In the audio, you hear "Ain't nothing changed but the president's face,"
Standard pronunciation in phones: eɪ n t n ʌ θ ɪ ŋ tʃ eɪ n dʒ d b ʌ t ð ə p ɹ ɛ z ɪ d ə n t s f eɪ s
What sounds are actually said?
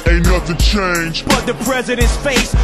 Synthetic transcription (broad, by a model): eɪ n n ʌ t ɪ tʃ eɪ n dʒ b ʌ t ð ə p ɹ ɛ z ɪ d ə n t s f eɪ s